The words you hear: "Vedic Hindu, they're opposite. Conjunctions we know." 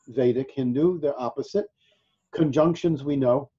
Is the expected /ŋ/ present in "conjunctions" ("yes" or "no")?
yes